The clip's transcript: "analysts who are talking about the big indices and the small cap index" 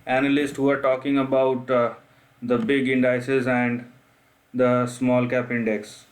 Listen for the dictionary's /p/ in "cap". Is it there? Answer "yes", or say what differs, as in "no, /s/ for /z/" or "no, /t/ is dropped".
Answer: yes